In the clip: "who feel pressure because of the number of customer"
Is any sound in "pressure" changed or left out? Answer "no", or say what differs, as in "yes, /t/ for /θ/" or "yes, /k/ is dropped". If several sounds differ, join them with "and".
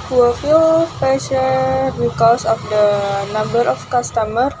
yes, /ɹ/ is dropped